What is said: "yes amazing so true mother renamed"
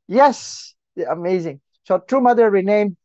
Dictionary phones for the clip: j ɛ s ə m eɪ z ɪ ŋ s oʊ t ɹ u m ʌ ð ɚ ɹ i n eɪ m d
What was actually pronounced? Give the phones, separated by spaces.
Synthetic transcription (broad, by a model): j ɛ s ə m eɪ z ɪ ŋ s oʊ t ɹ u m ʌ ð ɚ ɹ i n eɪ m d